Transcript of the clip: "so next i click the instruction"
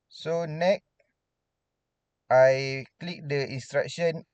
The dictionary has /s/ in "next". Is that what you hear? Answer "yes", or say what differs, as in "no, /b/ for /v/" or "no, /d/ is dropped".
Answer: no, /s/ is dropped